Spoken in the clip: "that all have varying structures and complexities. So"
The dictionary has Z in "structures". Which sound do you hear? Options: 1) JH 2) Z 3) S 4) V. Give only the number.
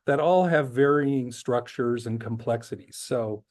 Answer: 2